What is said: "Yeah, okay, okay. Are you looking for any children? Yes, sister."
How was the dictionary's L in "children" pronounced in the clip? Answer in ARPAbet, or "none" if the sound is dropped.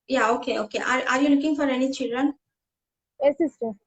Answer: L